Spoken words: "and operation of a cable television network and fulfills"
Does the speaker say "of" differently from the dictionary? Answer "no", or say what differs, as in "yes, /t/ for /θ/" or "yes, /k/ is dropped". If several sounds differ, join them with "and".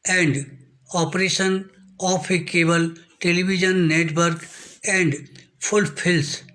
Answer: yes, /p/ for /v/